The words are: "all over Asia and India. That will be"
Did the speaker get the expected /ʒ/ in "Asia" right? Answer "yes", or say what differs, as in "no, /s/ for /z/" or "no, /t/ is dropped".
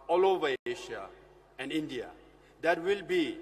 no, /ʃ/ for /ʒ/